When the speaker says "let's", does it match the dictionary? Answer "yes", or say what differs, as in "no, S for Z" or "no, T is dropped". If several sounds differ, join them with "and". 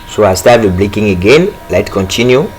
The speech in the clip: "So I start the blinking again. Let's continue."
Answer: no, S is dropped